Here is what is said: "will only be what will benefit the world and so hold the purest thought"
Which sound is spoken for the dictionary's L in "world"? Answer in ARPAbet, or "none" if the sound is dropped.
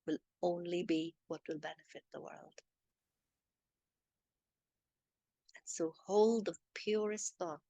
L